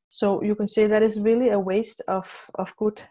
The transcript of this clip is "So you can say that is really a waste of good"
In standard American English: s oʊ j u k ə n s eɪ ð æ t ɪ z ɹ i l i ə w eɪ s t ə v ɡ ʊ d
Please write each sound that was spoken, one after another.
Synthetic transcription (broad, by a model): s oʊ j u k ə n s eɪ ð æ t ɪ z ɹ i l i ə w eɪ s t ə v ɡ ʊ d